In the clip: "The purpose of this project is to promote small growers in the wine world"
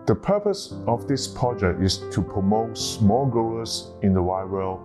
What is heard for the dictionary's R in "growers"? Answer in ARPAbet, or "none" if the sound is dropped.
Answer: none